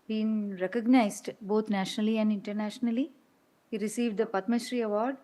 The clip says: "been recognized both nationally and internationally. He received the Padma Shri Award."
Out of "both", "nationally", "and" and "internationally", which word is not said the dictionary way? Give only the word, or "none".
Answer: both